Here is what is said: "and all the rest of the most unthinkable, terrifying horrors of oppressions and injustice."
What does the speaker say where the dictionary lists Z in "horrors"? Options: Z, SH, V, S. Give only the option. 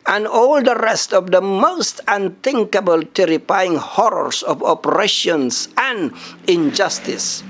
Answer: S